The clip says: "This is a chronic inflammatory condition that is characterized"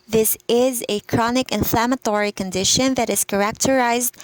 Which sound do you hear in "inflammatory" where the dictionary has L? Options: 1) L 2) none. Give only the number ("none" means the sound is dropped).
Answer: 1